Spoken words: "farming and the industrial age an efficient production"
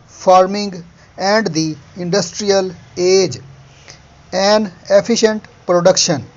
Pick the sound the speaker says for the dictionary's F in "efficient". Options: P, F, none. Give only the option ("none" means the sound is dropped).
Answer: P